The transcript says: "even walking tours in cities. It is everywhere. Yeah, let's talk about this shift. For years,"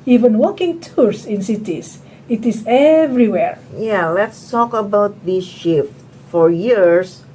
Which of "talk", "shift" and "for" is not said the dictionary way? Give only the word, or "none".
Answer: none